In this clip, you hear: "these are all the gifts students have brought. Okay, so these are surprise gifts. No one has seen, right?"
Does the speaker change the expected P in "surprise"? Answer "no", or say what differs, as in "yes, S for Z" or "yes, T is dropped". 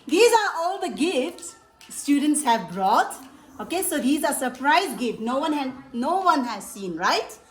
no